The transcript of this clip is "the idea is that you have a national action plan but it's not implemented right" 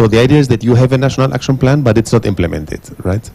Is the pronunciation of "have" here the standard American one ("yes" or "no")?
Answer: yes